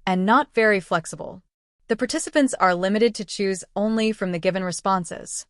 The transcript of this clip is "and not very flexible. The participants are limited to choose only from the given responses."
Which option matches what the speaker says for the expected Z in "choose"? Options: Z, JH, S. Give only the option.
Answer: Z